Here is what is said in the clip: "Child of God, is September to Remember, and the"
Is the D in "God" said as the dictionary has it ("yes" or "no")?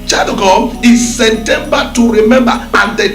no